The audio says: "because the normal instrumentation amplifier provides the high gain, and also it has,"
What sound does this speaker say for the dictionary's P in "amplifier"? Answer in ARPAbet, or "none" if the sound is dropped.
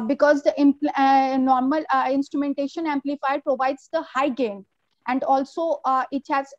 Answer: P